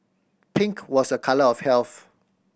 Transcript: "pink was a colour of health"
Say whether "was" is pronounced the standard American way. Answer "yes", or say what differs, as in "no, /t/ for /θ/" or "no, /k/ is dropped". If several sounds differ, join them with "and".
no, /s/ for /z/